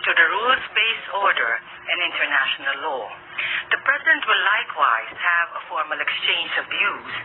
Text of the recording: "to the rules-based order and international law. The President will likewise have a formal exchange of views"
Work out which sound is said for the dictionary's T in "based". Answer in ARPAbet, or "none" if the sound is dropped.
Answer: none